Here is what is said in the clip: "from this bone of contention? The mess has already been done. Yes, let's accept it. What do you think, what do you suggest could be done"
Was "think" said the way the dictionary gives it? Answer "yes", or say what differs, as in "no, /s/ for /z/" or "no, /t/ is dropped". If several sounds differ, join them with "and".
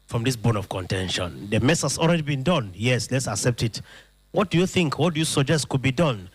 yes